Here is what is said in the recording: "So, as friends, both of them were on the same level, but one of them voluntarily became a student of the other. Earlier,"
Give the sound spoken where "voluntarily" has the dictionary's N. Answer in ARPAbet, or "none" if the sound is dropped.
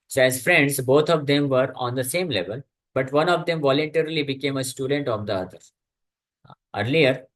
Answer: N